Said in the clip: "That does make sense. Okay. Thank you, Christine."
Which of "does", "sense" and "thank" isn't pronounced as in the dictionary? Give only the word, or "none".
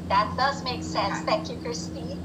thank